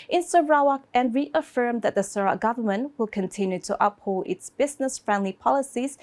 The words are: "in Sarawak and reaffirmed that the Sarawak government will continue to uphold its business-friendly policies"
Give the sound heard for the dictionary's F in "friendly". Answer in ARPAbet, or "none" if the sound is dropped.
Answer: F